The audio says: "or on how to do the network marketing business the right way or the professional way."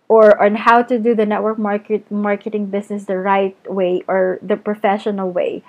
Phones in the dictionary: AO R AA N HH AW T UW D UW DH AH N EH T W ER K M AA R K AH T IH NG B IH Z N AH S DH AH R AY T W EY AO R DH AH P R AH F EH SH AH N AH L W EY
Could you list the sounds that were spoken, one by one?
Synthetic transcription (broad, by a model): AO R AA N HH AW T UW D UW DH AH N EH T W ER K M AA R K AH T IH NG B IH S N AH S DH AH R AY T W EY AO R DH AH P R AH F EH SH AH N AH L W EY